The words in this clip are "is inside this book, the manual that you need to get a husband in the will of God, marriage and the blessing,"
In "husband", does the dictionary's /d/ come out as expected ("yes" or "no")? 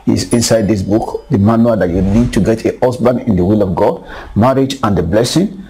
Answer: no